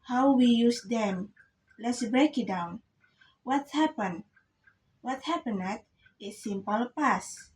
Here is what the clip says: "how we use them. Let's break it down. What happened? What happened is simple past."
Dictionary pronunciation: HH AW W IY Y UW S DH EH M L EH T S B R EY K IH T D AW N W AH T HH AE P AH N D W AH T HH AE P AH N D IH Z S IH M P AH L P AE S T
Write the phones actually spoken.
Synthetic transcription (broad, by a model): HH AW W IY Y UW S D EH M L EH T S B R EY K IH T D AW N W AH T HH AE P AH N W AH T HH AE P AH N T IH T S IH M P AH L P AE S